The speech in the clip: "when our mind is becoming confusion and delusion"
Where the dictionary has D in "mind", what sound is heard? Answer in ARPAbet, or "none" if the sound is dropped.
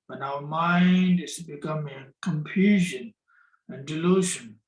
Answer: D